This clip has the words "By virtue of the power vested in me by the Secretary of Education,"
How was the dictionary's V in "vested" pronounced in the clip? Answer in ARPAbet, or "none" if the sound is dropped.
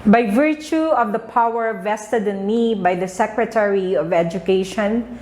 V